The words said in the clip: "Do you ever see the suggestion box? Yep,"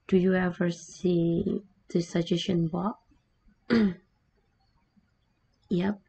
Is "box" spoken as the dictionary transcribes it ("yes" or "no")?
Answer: no